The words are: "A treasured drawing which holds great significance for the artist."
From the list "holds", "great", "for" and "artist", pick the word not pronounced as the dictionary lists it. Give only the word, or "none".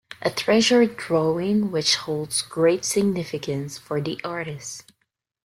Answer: none